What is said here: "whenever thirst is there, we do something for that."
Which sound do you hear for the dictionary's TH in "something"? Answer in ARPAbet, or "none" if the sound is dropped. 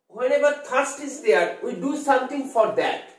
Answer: T